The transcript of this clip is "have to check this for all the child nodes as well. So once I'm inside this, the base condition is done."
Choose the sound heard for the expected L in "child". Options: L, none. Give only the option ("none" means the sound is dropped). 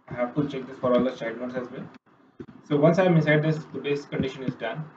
none